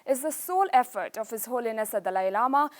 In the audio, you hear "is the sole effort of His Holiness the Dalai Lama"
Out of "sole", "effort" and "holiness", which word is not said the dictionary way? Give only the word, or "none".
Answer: none